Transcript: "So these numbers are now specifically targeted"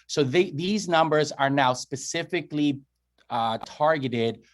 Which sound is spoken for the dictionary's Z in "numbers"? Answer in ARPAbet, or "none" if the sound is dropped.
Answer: Z